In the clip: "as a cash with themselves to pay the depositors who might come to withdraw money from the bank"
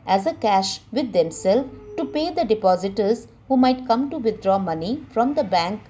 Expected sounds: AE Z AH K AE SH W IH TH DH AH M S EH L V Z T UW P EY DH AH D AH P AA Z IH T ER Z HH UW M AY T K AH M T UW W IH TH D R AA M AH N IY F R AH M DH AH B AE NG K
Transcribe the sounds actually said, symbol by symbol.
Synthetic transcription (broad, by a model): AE Z AH K AE SH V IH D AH M S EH L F T UW P EY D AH D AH P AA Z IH T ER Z HH UW M AY T K AH M T UW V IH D R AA M AH N IY F R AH M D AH B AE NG K